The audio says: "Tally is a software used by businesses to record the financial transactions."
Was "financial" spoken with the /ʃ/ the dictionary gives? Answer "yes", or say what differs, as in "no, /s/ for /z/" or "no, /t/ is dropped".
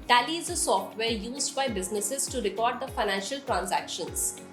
yes